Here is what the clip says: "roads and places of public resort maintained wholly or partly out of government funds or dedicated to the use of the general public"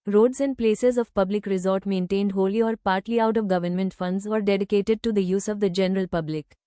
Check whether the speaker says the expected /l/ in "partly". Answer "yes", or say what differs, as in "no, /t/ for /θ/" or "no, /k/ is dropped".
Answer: yes